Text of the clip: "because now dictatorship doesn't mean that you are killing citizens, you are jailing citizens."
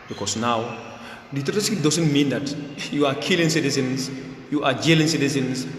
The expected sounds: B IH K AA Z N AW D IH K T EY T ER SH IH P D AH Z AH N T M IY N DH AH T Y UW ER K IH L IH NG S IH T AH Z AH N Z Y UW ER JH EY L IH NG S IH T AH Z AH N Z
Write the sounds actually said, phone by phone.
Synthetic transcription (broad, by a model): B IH K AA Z N AW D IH T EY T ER S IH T D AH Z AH N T M IY N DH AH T Y UW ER K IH L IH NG S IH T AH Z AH N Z Y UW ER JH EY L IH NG S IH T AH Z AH N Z